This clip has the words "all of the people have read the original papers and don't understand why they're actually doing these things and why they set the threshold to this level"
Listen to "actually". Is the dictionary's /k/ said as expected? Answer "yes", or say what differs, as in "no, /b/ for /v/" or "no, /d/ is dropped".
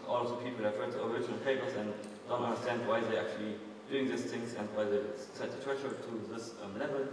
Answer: yes